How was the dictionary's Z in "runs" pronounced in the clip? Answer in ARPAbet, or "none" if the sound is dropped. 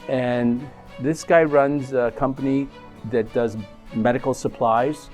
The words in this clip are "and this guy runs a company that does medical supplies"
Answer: Z